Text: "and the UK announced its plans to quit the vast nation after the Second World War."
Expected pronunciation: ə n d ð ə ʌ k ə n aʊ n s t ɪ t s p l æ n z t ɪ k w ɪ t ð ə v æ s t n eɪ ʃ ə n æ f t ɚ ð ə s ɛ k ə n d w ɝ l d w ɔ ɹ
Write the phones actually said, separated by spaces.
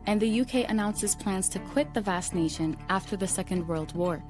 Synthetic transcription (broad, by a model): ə n ð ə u k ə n aʊ n s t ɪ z p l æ n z t ɪ k w ɪ t ð ə v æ s n eɪ ʃ ə n æ f t ɚ ð ə s ɛ k ə n d w ɝ l d w ɔ ɹ